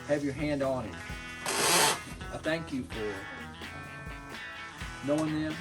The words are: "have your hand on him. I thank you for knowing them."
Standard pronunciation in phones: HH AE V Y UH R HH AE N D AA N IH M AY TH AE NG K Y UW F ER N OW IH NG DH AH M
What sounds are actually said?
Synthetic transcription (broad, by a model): HH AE V Y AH R HH AE N D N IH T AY TH AE NG K Y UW F ER N OW IH NG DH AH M